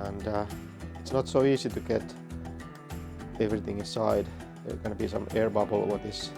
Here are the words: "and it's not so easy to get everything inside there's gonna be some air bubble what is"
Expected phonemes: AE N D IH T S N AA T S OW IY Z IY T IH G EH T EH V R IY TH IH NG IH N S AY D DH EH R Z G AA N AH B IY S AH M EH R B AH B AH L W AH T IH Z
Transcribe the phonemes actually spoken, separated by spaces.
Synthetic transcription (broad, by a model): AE N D IH T S N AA T S OW IY S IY T IH G EH T EH V R IY TH IH NG IH N S AY D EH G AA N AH B IY S AH M EH R B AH B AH L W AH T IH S